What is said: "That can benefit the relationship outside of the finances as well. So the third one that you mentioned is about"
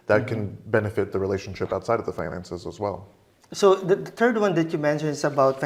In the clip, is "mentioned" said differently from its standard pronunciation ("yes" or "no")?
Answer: yes